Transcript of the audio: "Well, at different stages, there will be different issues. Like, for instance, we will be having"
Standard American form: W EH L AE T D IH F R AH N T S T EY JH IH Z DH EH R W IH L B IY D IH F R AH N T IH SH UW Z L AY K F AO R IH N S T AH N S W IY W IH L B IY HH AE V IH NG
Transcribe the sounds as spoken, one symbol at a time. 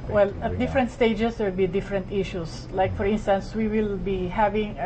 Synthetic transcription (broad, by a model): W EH L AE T D IH F R AH N T S T EY IH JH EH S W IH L B IY D IH F R AH N T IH SH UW S L AY K F AO R IH N S T AH N S W IY W IH L B IY HH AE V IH NG